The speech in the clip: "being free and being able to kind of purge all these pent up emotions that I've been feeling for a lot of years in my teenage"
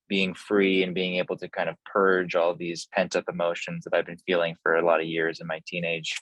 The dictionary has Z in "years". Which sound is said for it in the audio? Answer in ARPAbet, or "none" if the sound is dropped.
Z